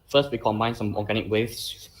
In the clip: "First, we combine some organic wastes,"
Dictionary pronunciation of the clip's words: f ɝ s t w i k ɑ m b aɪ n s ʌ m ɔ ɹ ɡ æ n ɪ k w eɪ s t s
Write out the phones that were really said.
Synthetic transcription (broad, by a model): f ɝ s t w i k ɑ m aɪ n s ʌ m ɔ ɡ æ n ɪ k w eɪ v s